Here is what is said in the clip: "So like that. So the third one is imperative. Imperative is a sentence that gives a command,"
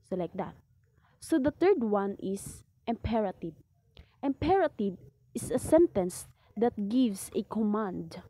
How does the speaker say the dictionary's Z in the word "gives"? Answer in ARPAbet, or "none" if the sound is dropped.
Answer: S